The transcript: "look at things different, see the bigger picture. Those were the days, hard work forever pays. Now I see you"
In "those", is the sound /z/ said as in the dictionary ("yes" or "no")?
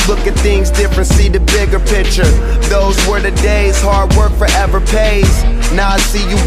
yes